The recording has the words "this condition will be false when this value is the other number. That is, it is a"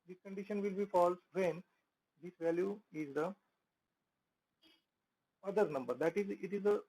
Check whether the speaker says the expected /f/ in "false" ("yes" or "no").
yes